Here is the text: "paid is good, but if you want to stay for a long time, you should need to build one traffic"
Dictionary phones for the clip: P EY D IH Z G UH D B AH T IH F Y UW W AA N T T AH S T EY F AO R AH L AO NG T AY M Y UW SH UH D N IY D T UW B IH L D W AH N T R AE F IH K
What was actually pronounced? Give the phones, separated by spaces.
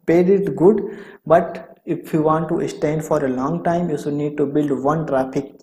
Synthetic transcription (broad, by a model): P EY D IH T G UH D B AH T IH F Y UW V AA N T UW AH S T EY F AO R AH L AO NG T AY M Y UW S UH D N IY D T UW B IH L D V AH N T R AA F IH K